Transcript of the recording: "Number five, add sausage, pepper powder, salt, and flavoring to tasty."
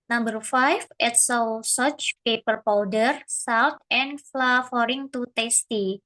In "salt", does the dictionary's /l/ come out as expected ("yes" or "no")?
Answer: no